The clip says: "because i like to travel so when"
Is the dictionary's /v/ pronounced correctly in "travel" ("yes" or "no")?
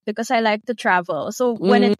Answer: yes